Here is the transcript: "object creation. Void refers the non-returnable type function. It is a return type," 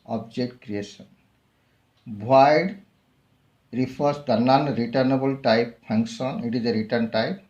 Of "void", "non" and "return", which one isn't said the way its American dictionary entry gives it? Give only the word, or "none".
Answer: void